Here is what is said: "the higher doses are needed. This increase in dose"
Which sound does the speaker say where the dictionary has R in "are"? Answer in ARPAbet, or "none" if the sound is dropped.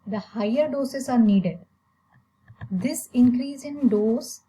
R